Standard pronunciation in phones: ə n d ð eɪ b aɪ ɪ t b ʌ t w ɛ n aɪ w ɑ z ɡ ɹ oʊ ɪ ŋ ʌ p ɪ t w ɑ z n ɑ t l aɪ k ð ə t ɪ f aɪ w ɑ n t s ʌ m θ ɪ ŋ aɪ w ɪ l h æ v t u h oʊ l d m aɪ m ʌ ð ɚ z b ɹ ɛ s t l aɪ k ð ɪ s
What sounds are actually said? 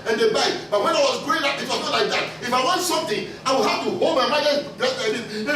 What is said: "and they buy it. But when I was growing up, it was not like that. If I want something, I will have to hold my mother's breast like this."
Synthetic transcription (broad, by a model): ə n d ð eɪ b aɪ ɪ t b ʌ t w ɛ n aɪ w ɑ z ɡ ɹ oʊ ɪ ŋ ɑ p ɪ t w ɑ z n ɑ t l aɪ k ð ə t ɪ f aɪ w ɑ n t s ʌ m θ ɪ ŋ aɪ w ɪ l h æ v t u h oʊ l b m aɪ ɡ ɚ b ɛ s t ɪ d